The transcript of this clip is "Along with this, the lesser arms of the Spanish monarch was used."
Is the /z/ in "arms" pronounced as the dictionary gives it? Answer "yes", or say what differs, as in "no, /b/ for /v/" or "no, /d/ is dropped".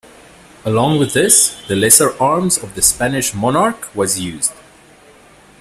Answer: yes